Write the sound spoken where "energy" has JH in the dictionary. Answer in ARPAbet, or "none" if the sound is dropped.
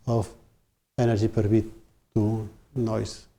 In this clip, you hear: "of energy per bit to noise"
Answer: ZH